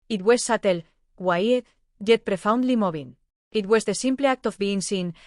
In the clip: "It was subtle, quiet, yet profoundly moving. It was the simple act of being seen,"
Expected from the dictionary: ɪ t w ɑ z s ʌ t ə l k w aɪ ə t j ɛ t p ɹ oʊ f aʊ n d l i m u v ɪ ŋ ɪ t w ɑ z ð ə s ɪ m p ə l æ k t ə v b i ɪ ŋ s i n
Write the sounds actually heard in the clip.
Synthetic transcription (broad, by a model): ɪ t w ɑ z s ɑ t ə l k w aɪ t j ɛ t p ɹ oʊ f aʊ n d l i m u b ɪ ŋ ɪ t w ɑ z ð ə s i m p l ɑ k t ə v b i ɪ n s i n